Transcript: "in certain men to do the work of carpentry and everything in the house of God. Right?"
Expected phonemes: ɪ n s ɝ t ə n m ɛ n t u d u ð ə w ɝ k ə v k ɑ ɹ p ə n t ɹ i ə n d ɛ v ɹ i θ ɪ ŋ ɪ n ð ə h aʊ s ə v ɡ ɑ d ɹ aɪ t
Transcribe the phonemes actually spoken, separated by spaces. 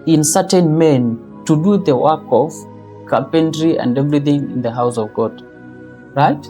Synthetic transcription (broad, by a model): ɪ n s ɝ t ə n m ɛ n t u d u ð ə w ɝ k ə v k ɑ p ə n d ɹ i ə n d ɛ v ɹ i θ ɪ ŋ ɪ n ð ə h aʊ s ə v ɡ ɑ d ɹ aɪ t